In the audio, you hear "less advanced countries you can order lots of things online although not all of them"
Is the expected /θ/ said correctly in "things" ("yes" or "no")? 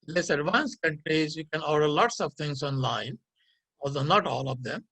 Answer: no